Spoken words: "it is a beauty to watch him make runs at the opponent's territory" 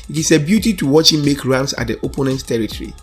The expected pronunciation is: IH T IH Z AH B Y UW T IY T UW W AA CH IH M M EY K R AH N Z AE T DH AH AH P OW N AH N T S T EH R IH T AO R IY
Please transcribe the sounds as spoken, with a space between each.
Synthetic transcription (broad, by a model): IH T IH S AH B Y UW T IY T UW W AA CH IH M M EY K R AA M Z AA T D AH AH P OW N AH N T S T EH R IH T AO R IY